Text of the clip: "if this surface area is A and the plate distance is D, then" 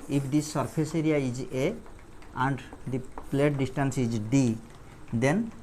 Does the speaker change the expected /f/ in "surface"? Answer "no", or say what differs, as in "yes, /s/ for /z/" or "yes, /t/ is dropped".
yes, /p/ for /f/